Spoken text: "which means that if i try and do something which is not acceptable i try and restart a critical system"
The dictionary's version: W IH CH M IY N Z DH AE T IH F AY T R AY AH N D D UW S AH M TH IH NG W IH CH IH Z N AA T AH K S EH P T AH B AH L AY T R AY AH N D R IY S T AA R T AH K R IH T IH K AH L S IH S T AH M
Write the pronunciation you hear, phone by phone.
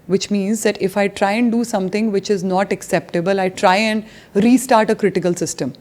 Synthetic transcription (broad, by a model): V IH CH M IY N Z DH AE T IH F AY T R AY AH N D D UW S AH M T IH NG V IH CH IH Z N AA T AH K S EH P T AH B AH L AY T R AY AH N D R IY S T AA R T AH K R IH T IH K AH L S IH S T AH M